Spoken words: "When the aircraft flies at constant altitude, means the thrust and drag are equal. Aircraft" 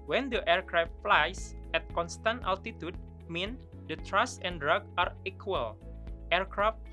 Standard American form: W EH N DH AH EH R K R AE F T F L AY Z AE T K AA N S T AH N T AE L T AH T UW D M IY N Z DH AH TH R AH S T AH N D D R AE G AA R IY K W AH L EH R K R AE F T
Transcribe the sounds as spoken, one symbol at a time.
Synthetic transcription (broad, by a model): W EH N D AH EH R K R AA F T F L AY S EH T K AA N S T AH N T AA L T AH T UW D M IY N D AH T R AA S AH N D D R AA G AA R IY K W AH L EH R K R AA F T